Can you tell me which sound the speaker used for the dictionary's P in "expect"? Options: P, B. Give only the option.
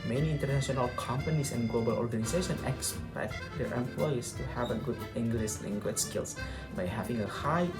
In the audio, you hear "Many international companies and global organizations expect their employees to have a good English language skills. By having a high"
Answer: B